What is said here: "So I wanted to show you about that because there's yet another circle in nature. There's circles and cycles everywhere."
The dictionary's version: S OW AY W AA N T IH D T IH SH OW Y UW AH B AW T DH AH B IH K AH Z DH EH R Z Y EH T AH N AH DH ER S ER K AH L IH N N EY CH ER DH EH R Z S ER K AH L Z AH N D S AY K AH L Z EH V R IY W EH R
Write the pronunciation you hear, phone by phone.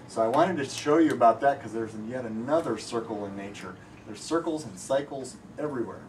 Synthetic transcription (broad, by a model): S OW AY W AA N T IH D T IH SH OW Y AH B AW T DH AH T K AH Z DH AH R Z Y EH T AH N AH DH ER S ER K L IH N N EY CH ER DH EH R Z S ER K L Z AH N S AY K L Z EH V R IY W EH R